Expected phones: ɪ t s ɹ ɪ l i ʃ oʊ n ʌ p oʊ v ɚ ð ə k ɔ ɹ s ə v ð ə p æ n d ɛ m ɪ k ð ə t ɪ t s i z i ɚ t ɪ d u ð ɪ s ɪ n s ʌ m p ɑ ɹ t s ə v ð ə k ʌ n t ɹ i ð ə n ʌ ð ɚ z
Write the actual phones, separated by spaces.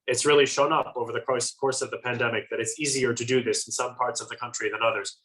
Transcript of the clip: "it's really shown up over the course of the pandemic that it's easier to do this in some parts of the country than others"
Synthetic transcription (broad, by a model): ɪ t s ɹ ɪ l i ʃ oʊ n ʌ p oʊ v ɚ ð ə k ɔ ɹ s ə v ð ə p æ n d ɛ m ɪ k ð ə t ɪ t s i z i ɚ t ɪ d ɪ ð ɪ s n s ʌ m p ɑ ɹ t s ə v ð ə k ʌ n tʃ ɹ i ð ə n ʌ ð ɚ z